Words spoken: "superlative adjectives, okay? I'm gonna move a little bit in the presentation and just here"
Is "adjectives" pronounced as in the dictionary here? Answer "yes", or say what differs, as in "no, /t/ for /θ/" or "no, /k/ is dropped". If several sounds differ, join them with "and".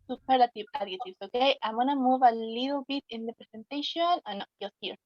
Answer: no, /k/ is dropped and /s/ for /z/